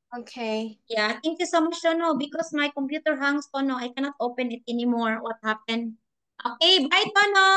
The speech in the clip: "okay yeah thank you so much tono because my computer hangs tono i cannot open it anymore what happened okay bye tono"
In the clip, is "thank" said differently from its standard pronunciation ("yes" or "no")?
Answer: yes